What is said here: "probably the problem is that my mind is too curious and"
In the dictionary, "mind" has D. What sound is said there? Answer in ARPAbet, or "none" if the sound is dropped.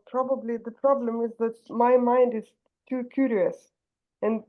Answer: D